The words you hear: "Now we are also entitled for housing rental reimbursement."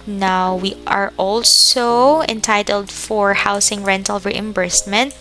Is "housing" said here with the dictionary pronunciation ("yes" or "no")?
no